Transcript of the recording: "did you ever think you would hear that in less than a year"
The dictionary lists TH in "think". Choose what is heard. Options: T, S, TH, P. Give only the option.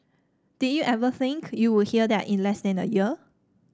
TH